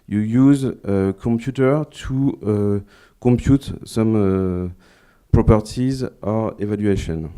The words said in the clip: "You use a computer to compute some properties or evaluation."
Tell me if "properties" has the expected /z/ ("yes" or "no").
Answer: yes